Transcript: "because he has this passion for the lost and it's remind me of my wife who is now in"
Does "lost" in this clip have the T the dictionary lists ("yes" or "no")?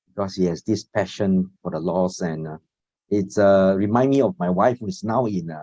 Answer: no